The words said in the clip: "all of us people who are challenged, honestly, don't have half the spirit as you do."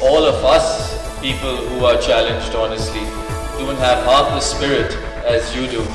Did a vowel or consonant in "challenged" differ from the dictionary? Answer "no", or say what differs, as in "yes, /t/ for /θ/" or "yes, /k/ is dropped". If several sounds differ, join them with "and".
no